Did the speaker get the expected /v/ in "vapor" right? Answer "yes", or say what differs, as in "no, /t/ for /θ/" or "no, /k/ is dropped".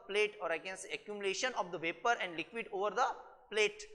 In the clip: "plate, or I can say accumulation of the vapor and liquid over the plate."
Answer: yes